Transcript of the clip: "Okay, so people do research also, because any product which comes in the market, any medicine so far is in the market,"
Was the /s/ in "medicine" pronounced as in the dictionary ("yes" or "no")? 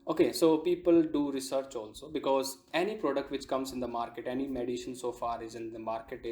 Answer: no